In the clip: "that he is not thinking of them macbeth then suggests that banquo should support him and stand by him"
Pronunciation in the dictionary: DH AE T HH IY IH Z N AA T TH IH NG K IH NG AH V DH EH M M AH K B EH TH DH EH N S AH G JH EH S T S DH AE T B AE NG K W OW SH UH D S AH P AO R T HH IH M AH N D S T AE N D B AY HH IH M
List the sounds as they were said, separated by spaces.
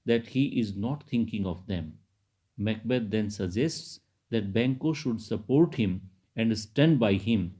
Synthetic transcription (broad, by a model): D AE T HH IY IH Z N AA T T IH NG K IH NG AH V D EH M M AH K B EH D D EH N S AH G JH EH S T S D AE T B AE NG K OW SH UH D S AH P AO R T HH IH M AH N D S T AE N D B AY HH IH M